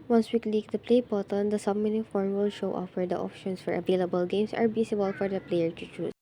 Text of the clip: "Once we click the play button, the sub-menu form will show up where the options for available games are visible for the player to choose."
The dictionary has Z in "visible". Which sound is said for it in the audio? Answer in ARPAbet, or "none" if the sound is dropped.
S